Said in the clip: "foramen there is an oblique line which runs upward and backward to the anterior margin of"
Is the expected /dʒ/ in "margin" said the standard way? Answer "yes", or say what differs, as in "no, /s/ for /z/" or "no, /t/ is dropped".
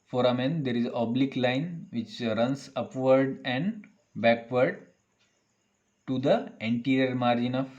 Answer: yes